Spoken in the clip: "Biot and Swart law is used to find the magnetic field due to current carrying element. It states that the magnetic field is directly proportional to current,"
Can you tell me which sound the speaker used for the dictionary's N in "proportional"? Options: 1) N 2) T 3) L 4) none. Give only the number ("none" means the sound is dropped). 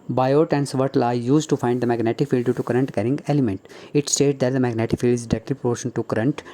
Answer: 4